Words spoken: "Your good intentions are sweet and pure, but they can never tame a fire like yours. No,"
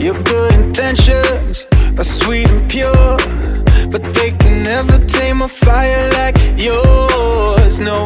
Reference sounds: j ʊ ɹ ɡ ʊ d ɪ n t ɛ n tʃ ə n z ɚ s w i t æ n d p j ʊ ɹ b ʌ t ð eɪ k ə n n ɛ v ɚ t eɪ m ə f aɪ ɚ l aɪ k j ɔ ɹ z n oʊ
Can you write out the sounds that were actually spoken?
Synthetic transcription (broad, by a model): j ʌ ɹ ɡ ʊ d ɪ n t ɛ n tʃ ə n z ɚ s w i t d p j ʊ ɹ b ʌ t ð eɪ k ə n n ɛ v ɚ t eɪ m ə f aɪ ɚ l aɪ k j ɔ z n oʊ